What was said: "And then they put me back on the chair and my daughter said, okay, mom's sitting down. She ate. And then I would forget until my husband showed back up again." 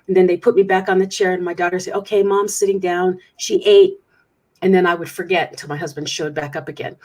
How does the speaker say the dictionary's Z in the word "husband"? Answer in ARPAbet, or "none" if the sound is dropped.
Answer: Z